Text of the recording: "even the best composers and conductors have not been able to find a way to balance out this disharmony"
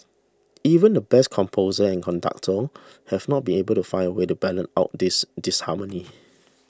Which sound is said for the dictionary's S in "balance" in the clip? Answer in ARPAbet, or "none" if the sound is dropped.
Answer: none